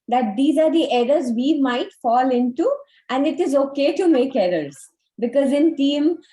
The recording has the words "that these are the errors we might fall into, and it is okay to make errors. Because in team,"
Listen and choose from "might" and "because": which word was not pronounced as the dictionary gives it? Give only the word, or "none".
none